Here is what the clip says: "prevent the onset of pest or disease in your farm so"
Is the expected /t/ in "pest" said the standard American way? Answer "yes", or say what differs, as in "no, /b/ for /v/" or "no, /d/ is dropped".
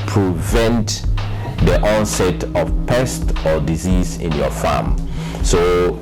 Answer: yes